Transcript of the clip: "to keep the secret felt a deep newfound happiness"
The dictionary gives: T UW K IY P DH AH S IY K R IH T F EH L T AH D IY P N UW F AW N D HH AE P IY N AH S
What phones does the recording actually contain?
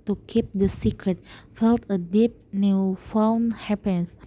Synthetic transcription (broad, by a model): T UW K IY P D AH S IY K R IH T F EH L T AH D IY P N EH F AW N HH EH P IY N S